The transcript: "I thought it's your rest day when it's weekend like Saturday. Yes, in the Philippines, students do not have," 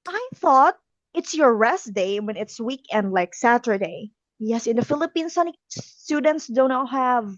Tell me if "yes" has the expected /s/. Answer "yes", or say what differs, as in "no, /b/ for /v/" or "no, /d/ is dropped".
yes